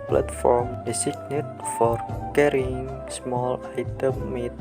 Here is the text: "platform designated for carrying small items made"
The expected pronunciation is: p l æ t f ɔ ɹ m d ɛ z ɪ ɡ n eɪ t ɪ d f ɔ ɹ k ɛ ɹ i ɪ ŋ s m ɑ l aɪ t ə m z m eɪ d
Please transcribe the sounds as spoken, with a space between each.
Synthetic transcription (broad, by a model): p l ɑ t f ɔ ɹ m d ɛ s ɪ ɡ n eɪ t f ɔ ɹ k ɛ ɹ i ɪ ŋ s m ɑ l aɪ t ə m m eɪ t